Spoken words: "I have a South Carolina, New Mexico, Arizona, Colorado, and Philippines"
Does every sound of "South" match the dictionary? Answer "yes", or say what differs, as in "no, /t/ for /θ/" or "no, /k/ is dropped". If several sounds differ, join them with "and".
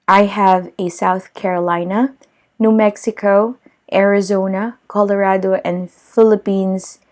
yes